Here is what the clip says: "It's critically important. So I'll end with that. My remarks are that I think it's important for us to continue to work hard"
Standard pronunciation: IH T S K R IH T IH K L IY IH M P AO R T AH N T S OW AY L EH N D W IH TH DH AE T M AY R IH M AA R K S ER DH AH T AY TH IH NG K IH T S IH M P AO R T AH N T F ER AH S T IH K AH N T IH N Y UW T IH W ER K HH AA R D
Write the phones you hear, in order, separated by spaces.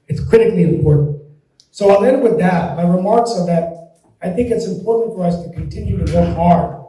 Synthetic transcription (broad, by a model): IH T S K R IH T IH K L IY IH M P AO R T N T S OW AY N EH N D W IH DH AE T M AY R IH M AA R K S ER DH AH T AY TH IH NG K IH T S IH M P AO R T N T F ER AH S T IH K AH N T IH N Y UW T IH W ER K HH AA R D